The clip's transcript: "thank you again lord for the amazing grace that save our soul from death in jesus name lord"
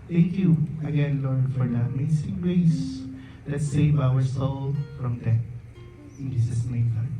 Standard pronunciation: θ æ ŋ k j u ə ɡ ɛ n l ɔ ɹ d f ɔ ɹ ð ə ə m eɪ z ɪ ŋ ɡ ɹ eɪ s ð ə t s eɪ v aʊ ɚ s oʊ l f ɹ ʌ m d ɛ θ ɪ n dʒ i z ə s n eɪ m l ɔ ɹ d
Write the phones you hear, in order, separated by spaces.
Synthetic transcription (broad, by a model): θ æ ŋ k j u ə ɡ ɛ n l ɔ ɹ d f ɔ ɹ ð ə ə m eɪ s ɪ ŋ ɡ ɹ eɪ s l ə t s eɪ v aʊ ɚ s oʊ l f ɹ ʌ m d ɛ t ɪ n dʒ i s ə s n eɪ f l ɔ